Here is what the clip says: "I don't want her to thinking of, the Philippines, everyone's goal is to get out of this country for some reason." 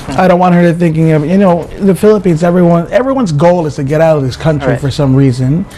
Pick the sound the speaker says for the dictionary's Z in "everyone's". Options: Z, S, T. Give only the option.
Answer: Z